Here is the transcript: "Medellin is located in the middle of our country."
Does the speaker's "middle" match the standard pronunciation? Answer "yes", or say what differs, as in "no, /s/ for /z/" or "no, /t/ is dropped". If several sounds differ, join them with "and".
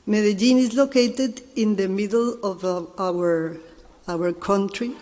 no, /w/ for /l/